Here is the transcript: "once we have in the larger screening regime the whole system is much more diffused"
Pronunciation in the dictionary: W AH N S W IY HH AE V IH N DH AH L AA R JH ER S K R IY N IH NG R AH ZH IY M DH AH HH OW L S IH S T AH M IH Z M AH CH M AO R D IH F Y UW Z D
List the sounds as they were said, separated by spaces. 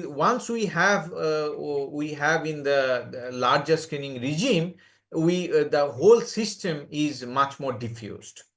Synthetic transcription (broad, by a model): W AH N S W IY HH AE V IH N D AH L AA R JH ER S K IY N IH NG R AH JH IY M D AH HH OW L S IH S T AH M IH Z M AH CH M AO R D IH F Y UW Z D